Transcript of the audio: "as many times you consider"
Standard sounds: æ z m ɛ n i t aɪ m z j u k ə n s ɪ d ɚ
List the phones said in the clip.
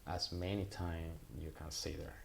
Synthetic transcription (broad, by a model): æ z m ɛ n i t aɪ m j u k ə n s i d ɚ